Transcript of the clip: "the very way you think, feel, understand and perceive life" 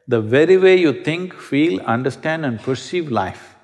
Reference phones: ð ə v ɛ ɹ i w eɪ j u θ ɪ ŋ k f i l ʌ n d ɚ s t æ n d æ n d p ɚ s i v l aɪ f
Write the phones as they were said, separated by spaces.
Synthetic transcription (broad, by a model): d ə v ɛ ɹ i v eɪ j u t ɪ ŋ k f i l ʌ n d ɚ s t æ n d æ n d p ɚ s i v l aɪ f